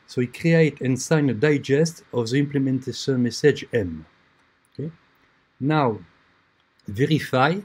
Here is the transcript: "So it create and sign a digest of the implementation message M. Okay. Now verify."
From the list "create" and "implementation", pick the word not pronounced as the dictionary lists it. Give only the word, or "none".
implementation